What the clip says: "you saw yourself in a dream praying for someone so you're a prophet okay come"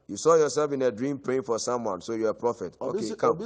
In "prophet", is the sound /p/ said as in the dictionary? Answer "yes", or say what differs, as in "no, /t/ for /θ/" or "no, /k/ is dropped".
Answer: yes